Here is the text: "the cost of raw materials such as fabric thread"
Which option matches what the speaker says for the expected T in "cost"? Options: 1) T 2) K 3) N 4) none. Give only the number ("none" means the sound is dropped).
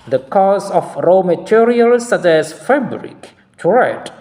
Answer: 4